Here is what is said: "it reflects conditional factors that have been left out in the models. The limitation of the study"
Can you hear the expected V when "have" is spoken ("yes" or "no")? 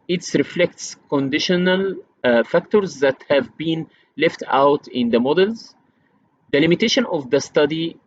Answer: yes